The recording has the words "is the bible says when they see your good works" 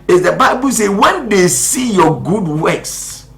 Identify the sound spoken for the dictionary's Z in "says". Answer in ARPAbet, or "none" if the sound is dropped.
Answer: none